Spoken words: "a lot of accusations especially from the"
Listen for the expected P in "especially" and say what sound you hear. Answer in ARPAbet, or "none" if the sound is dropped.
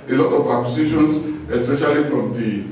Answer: P